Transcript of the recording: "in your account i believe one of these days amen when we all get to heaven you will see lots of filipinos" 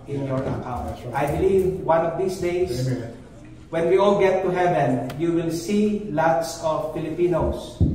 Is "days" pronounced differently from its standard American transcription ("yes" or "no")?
yes